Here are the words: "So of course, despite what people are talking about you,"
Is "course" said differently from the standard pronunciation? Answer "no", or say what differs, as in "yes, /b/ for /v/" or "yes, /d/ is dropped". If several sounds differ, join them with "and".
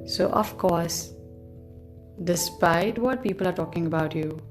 no